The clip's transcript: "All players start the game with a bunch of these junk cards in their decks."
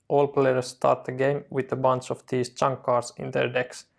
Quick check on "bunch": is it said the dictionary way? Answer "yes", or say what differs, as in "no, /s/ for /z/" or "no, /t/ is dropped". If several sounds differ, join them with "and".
no, /s/ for /tʃ/